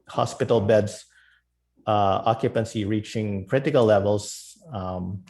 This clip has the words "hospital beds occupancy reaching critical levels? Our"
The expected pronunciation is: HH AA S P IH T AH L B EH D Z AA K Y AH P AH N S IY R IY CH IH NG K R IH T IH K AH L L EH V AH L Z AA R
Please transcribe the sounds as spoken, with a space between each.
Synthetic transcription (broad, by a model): HH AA S P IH T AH L B EH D S AA K Y AH P AH N S IY R IY CH IH NG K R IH T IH K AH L L EH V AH L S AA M